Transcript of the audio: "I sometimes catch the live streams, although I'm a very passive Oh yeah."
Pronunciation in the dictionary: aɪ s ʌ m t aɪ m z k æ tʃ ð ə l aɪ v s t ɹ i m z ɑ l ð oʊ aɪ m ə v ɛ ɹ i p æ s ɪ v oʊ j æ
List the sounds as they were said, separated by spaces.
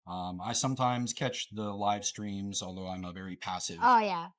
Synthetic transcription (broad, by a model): aɪ s ʌ m t aɪ m z k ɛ tʃ ð ə l aɪ v s t ɹ i m z ɑ l ð oʊ aɪ m ə v ɛ ɹ i p æ s ɪ v oʊ j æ